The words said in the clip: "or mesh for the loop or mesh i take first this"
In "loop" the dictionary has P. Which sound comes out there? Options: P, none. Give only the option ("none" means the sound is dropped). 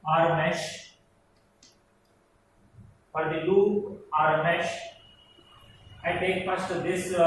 none